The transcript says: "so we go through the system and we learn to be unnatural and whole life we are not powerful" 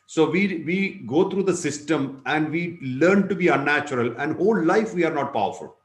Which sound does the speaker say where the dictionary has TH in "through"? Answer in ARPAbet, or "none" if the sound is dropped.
T